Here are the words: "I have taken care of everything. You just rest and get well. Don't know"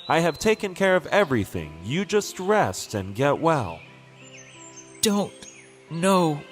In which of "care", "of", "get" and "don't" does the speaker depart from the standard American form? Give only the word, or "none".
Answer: none